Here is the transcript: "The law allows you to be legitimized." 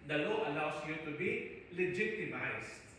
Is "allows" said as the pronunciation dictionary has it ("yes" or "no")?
no